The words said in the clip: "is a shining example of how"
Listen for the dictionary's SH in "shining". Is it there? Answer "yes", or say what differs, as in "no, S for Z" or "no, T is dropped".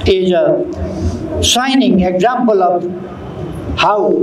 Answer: no, S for SH